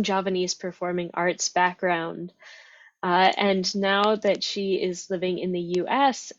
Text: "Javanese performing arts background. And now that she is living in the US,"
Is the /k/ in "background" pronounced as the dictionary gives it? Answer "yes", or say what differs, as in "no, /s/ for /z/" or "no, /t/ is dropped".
yes